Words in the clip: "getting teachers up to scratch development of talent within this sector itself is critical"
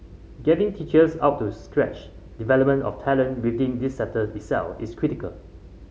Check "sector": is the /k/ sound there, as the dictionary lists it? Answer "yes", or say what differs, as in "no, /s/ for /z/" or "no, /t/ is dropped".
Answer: no, /k/ is dropped